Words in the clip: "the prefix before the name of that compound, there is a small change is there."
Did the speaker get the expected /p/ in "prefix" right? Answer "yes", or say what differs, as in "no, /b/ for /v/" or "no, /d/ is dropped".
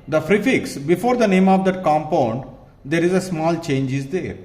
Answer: no, /f/ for /p/